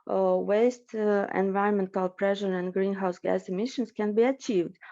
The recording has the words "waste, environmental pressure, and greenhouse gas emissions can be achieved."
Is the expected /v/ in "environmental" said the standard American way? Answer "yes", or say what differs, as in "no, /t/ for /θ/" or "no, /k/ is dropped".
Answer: yes